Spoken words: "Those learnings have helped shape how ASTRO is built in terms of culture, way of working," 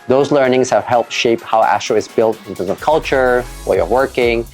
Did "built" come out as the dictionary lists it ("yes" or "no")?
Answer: yes